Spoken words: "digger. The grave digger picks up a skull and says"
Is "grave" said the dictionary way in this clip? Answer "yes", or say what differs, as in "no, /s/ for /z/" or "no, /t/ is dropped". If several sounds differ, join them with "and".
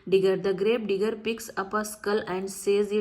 no, /b/ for /v/